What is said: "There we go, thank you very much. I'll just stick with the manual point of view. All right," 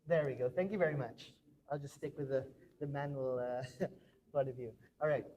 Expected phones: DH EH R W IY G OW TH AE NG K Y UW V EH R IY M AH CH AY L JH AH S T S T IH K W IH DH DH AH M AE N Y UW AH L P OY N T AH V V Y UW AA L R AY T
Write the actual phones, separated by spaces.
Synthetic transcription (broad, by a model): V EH R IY G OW TH AE NG K Y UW V EH R IY M AH CH AY L JH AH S S T IH K W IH DH DH AH M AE N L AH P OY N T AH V V Y UW AA L R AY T